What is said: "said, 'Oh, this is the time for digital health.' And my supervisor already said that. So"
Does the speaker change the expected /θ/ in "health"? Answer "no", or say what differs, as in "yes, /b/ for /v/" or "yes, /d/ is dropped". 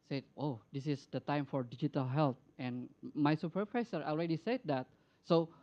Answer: yes, /t/ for /θ/